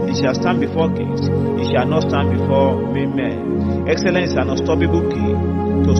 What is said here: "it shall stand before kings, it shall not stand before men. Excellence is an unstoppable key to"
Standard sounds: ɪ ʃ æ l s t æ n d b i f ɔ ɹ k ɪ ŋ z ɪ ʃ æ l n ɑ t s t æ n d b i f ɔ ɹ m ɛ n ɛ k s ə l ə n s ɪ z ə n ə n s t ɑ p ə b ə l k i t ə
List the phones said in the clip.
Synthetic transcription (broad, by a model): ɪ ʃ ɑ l s t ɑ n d b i f ɔ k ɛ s ɪ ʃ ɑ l n ɑ t s t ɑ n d b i f ɔ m m ɛ n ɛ k s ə l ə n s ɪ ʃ ə n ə s t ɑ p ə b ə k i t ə